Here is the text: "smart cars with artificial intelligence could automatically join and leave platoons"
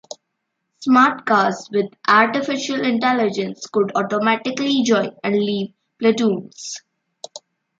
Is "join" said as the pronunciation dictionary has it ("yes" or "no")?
no